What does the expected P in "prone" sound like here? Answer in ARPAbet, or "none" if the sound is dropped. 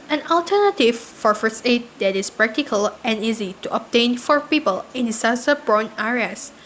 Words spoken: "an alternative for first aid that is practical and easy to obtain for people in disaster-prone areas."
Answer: B